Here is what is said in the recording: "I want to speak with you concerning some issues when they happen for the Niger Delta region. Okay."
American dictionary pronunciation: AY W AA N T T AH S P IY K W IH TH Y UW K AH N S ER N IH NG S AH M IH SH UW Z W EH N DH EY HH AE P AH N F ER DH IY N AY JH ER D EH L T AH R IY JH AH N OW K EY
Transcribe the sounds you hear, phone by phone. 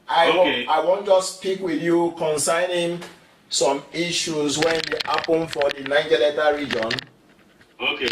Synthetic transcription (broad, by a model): AY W AA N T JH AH S P IY K W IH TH Y UW K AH N S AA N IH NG S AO M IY SH UW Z W EH N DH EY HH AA P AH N F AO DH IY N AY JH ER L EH T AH R IY JH AH N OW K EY